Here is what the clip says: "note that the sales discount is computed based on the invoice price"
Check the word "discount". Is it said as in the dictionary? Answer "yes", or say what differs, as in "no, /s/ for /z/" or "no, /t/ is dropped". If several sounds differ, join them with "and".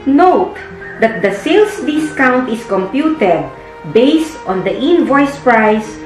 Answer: yes